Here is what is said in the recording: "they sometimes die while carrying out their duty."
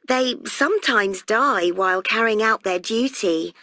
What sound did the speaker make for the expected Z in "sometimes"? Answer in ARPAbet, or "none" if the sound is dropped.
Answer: Z